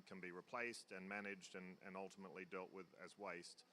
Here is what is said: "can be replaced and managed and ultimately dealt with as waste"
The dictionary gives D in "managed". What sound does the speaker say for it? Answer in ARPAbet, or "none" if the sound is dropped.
D